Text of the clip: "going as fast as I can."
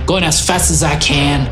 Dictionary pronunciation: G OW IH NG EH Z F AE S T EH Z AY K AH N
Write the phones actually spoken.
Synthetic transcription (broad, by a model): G OW IH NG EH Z F AE S T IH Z AY K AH N